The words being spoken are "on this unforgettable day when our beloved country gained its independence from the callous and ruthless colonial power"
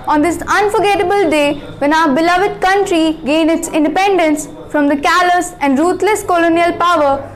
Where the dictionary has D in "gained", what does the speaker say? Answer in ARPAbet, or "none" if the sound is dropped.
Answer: none